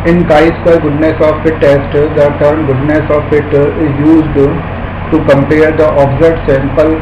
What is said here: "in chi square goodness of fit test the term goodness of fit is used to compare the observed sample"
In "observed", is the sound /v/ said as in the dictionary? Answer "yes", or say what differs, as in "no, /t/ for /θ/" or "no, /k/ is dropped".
no, /v/ is dropped